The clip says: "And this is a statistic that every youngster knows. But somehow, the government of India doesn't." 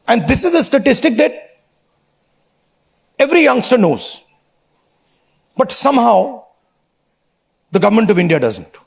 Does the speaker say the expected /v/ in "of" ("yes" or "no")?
yes